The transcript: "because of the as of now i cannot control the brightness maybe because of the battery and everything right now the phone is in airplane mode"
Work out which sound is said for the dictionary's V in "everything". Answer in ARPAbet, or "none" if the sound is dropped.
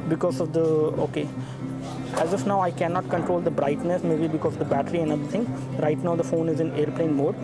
B